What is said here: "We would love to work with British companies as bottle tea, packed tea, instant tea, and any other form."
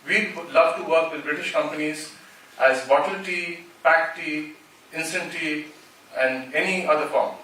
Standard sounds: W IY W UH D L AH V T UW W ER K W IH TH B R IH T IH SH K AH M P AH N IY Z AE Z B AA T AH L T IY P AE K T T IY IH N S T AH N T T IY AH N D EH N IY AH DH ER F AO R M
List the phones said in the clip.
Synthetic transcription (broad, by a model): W IY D L AH V T UW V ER K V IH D B R IH T IH SH K AH M P AH N IY Z AE Z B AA T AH L T IY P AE K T T IY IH N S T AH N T T IY AH N D EH N IY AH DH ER F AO R M